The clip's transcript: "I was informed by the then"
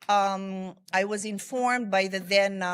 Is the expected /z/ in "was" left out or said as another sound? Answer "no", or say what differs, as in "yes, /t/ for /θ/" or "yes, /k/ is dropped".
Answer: no